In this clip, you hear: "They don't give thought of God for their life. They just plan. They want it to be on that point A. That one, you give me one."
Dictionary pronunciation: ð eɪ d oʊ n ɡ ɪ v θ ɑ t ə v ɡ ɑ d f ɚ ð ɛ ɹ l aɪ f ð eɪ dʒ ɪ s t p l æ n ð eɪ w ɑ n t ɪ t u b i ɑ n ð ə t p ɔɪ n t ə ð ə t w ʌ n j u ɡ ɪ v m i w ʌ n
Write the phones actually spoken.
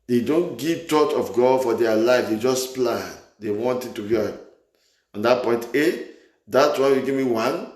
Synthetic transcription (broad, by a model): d eɪ d oʊ n ɡ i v t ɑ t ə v ɡ ɑ d f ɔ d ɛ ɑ l aɪ f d eɪ dʒ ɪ s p l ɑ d eɪ w ɑ n t ɪ t u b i ɑ n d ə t p ɔɪ n t ə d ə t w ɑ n j u ɡ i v m i w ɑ n